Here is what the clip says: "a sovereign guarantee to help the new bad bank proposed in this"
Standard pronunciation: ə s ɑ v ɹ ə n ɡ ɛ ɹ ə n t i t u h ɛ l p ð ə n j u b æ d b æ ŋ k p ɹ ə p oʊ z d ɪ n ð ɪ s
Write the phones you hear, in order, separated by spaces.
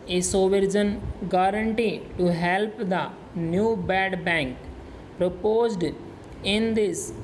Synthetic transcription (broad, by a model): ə s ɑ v ɹ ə n ɡ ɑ ɹ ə n t i t u h ɛ l p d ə n j u b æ d b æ ŋ k p ɹ ə p oʊ z d ɪ n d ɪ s